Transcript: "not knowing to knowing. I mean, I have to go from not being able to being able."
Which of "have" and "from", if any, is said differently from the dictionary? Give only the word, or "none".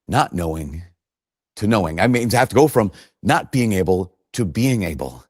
have